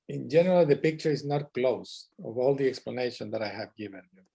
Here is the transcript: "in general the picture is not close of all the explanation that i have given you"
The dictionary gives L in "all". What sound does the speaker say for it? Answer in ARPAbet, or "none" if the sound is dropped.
L